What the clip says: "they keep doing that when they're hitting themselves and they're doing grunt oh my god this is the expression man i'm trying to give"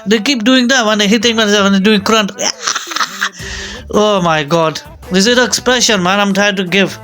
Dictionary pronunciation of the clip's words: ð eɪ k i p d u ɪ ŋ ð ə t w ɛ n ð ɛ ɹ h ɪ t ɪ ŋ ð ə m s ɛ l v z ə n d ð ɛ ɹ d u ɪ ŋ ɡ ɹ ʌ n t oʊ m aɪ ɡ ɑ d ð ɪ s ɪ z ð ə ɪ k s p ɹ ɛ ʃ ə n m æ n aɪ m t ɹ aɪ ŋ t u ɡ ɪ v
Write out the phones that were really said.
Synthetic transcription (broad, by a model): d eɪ k i p d u ɪ ŋ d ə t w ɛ n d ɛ h ɪ t ɪ ŋ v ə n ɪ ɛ v ə n d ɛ d u ɪ ŋ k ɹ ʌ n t oʊ m aɪ ɡ ɑ d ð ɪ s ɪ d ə ɪ k s p ɹ ɛ ʃ ə n m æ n aɪ m t ɹ aɪ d t u ɡ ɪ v